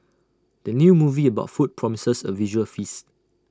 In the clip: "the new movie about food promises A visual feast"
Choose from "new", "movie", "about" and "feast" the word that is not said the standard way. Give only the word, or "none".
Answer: none